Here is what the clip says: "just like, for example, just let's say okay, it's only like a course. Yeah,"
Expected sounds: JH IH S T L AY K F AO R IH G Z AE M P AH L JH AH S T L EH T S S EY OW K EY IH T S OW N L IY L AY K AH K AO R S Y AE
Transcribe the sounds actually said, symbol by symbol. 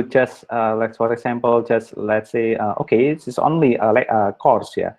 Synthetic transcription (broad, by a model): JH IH S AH L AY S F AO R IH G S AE M P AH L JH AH S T L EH T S S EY OW K EY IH S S OW N L IY L AY K AH K AO R S Y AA